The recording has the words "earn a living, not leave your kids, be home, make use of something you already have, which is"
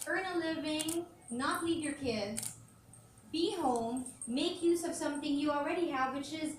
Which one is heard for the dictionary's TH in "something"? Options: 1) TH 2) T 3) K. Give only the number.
1